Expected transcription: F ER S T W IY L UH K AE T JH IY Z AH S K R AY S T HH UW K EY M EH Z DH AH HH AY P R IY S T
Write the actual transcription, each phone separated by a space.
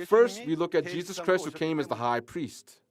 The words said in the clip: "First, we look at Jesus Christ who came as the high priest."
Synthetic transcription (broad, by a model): F ER S T W IY L UH K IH T JH IY Z AH S K R AY S T HH UW K EY M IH Z DH AH HH AY P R IY S T